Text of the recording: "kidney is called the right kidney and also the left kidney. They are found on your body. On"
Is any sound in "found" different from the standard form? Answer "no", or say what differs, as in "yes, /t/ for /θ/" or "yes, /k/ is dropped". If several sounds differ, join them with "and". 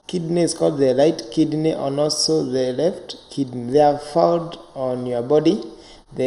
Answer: yes, /n/ is dropped